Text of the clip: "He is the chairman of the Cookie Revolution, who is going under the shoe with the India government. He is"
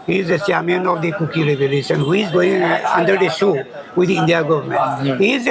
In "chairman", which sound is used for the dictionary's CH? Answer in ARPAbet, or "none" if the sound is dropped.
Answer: S